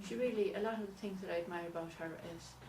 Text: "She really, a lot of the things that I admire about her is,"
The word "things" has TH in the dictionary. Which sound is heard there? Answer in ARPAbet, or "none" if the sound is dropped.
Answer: TH